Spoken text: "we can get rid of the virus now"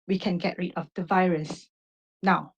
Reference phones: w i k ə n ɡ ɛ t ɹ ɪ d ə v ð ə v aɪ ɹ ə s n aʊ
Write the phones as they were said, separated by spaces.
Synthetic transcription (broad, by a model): w i k ə n ɡ ɛ t ɹ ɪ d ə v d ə v aɪ ɹ ə s n aʊ